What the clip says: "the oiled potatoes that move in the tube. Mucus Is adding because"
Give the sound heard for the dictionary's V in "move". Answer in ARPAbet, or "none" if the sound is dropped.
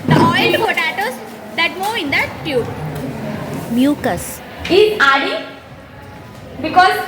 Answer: none